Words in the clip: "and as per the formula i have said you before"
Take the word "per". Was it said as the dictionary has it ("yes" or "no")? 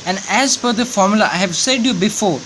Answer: no